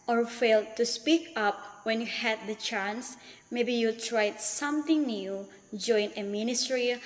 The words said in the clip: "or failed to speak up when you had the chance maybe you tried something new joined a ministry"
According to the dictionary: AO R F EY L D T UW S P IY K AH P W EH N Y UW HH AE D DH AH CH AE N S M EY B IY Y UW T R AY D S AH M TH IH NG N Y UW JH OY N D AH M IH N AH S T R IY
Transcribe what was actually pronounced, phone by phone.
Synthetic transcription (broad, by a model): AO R F EY L D T UW S P IY K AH P W EH N Y UW HH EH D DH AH CH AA N S M EY B IY Y UW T R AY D S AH M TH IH NG N Y UW JH OY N AH M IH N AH S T R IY